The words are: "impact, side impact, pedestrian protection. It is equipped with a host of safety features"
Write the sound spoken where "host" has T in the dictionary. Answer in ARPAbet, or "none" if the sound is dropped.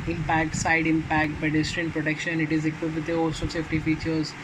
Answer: none